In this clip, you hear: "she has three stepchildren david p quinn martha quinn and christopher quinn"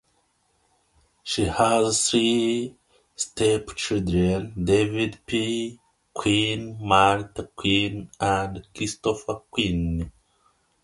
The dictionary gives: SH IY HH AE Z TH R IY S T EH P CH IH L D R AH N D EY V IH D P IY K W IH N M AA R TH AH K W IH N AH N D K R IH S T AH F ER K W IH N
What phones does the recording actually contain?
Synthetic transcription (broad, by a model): SH IY HH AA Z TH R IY S T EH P CH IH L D R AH N D EY V IH D P IY K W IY N M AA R T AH K W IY N AH N D K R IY S T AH F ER K W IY N